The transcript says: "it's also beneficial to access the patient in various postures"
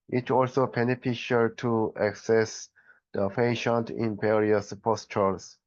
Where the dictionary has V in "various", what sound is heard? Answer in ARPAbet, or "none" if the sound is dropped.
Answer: P